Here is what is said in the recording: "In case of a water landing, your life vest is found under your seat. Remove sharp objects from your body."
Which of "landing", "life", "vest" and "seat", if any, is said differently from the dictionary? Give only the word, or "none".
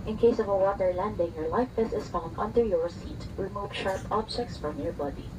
vest